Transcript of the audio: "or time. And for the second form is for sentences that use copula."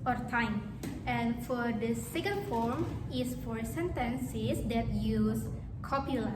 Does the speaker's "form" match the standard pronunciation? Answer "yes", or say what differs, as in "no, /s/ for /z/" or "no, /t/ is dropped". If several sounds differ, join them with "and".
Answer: yes